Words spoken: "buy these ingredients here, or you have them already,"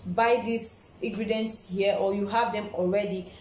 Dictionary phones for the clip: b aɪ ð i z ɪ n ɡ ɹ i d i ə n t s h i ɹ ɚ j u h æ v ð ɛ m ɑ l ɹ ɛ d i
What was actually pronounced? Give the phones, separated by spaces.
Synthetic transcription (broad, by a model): b aɪ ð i s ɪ ɡ ɹ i d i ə n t s h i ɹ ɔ j u h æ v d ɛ m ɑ l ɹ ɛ d i